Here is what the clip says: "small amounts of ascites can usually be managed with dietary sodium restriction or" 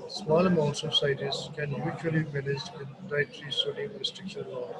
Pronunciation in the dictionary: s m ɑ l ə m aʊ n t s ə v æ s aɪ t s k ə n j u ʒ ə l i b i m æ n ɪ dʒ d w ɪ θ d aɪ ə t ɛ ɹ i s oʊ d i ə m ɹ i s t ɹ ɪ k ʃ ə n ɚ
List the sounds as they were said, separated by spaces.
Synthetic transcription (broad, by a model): s m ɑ l ə m aʊ n t s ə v s aɪ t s k ə n j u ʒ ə i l i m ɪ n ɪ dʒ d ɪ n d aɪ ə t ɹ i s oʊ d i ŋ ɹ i s t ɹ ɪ k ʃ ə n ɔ